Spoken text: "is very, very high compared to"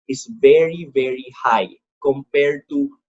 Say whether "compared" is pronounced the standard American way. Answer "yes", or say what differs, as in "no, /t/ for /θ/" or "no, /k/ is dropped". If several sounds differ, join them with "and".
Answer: yes